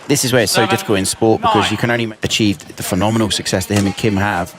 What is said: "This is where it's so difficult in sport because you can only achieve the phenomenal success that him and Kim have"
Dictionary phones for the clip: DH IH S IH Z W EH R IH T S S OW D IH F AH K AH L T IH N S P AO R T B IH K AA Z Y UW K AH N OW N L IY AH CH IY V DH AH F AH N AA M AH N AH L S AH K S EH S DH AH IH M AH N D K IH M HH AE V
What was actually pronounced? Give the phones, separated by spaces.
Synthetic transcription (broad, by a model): DH IH S IH Z W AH R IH T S S OW D IH F AH K AH L T IH N S P AO T B IH K AA Z Y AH K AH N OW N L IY AH CH IY V DH AH F AH N AA M AH N AH L S AH K S EH S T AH IH M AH N K IH M HH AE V